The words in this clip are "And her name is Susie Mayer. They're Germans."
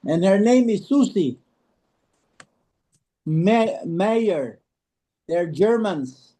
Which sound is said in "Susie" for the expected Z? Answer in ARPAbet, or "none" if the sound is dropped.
S